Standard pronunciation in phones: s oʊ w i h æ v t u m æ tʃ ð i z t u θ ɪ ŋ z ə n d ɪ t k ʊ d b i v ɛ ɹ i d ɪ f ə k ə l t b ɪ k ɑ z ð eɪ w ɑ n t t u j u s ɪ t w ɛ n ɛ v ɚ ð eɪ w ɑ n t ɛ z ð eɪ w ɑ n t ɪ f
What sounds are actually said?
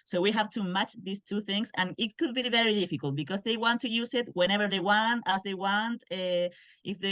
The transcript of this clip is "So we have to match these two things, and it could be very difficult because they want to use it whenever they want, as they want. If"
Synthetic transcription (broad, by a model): s oʊ w i h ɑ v t u m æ tʃ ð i s t u θ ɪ ŋ s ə n ɪ t k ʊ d b i v ɛ ɹ i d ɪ f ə k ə l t b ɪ k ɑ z ð eɪ w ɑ n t t u j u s ɪ t w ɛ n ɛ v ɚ ð eɪ w ɑ n t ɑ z ð eɪ w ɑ n t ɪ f